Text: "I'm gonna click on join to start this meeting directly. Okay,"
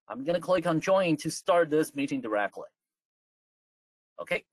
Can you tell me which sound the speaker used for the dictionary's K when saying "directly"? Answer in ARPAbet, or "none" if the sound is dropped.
K